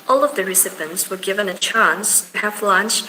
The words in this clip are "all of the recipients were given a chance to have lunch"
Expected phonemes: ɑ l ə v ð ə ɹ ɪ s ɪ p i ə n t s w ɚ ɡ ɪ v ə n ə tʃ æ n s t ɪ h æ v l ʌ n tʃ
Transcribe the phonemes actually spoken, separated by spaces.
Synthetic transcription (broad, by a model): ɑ l ə v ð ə ɹ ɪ s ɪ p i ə n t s w ɚ ɡ ɪ v ə n ə tʃ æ n s t ɪ h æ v l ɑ n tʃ